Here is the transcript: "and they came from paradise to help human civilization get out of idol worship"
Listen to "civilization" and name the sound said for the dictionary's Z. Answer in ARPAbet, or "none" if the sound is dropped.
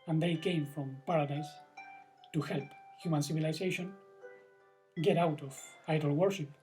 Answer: S